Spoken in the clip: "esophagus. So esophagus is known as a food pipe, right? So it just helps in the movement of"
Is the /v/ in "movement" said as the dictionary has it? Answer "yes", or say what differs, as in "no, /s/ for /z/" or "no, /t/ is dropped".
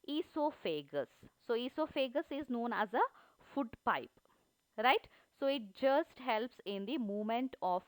no, /v/ is dropped